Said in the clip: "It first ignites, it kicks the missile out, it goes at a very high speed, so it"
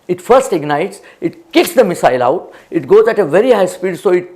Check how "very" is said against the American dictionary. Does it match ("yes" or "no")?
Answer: yes